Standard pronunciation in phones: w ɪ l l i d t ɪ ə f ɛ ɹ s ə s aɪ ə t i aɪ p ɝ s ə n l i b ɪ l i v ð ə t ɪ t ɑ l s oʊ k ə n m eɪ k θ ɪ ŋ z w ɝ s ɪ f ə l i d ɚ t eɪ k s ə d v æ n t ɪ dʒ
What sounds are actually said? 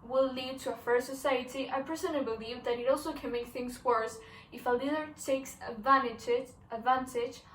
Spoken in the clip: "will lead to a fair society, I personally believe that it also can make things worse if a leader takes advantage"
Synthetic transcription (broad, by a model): w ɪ l l i d t ɪ ə f ɛ ɹ s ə s aɪ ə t i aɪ p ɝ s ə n i b ɪ l i v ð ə t ɪ t ɑ l s oʊ k ə n m eɪ k θ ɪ ŋ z w ɝ s ɪ f ə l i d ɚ t eɪ k s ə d v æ n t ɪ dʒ